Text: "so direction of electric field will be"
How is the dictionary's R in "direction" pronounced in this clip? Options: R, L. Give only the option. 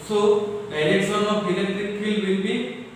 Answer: L